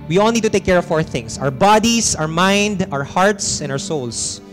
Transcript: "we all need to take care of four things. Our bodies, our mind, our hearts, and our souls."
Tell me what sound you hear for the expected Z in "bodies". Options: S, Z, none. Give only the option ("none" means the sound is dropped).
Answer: S